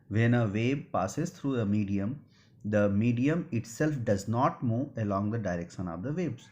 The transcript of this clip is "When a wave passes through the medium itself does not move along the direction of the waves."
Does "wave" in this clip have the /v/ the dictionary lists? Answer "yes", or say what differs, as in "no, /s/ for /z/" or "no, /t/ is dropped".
no, /b/ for /v/